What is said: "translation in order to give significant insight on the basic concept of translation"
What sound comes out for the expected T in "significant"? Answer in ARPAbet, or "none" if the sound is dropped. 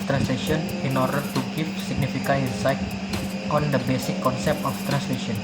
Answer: none